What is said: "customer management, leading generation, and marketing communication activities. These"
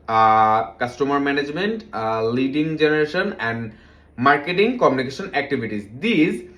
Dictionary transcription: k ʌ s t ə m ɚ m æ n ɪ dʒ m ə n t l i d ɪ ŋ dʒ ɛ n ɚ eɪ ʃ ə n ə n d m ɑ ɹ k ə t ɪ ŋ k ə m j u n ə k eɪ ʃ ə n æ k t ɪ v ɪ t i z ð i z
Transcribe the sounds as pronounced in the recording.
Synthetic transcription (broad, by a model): k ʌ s t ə m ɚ m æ n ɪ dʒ m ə n t l i d ɪ ŋ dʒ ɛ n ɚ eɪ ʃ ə n ə n d m ɑ ɹ k ə t ɪ ŋ k ə m j u n ə k eɪ ʃ ə n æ k t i b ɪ t i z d i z